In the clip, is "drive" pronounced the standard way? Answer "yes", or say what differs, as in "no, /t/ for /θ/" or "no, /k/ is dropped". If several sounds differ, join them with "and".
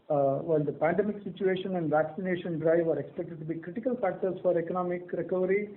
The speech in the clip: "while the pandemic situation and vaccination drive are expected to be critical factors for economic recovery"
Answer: yes